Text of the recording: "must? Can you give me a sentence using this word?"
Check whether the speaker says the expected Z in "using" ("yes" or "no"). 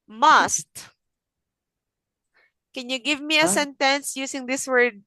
no